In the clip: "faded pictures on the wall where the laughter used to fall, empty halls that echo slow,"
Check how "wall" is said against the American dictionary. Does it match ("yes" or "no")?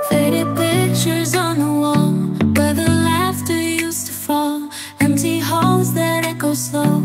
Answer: yes